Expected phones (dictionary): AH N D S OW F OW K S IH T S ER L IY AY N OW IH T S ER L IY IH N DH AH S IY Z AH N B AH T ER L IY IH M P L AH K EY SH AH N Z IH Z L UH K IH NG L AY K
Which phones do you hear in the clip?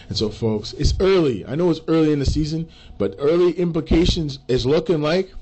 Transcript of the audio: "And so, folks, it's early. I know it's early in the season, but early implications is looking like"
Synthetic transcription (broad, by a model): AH N S OW F OW K S IH T S ER L IY AY N OW IH T S ER L IY IH N DH AH S IY Z AH N B AH T ER L IY IH M P L AH K EY SH AH N Z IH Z L UH K IH NG L AY K